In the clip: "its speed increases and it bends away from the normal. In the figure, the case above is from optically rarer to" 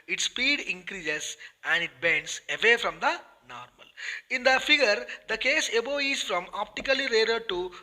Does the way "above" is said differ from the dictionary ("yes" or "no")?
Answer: yes